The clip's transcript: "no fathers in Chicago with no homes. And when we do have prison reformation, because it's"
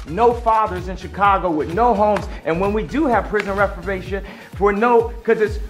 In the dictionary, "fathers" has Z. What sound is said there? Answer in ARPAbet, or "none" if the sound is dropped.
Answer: Z